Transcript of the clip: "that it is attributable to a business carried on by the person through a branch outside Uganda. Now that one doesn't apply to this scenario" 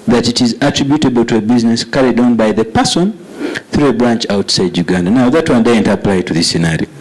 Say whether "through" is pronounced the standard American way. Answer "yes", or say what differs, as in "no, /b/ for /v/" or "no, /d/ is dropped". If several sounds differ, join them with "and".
yes